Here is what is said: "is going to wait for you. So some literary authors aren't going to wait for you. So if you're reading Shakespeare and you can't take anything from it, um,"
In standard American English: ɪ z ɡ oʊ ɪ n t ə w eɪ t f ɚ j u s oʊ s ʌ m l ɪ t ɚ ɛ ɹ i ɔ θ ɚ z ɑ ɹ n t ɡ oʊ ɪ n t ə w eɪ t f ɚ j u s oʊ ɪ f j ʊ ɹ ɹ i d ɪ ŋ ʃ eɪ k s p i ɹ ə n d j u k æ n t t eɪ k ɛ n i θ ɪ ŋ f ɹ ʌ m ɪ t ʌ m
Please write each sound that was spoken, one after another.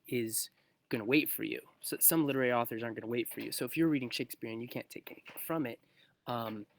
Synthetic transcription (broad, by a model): ɪ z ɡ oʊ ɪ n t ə w eɪ t f ɚ j u s oʊ s ʌ m l ɪ t ɚ ɛ ɹ i ɔ θ ɚ z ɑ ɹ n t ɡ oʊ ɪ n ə w eɪ t f ɚ j u s oʊ ɪ f j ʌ ɹ ɹ i d ɪ ŋ ʃ eɪ k s p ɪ ɹ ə n j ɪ k æ n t t eɪ k ɛ n i θ ɪ ŋ f ɹ ʌ m ɪ t ʌ m